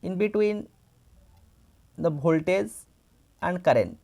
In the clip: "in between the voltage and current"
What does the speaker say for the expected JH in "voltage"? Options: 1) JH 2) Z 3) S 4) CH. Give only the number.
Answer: 2